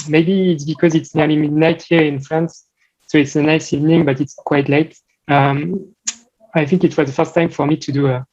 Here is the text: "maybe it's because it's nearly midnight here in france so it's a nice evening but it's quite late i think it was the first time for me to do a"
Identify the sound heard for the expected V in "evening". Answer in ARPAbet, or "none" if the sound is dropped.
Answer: V